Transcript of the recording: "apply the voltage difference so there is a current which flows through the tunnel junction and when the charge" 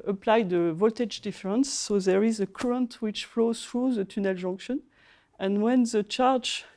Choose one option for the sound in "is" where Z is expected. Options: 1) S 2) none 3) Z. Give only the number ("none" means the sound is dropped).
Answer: 3